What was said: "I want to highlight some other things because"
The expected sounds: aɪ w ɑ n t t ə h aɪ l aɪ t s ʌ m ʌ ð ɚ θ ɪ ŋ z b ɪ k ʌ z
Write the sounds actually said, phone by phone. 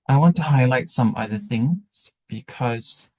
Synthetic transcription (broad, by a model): aɪ w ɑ n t t ə h aɪ l aɪ t s ʌ m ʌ ð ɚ θ ɪ ŋ z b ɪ k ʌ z